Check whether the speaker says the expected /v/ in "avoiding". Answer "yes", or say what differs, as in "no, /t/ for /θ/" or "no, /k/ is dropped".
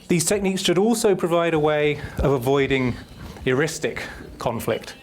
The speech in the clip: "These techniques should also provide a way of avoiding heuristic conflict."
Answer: yes